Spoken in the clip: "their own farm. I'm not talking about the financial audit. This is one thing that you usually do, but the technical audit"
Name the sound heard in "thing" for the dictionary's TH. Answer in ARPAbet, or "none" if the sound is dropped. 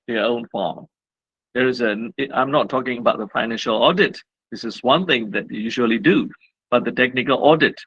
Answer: TH